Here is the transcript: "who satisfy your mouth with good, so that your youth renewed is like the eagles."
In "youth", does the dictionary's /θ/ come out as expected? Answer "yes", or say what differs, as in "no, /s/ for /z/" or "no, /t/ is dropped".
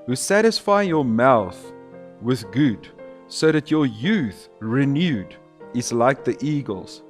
yes